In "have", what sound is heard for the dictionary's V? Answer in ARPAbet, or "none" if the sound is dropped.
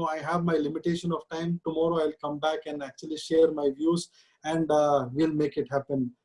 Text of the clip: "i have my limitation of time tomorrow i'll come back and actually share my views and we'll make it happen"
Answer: V